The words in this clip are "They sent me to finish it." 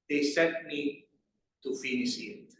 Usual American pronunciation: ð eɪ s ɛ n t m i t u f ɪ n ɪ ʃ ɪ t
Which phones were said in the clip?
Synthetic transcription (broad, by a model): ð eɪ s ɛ t m i t u f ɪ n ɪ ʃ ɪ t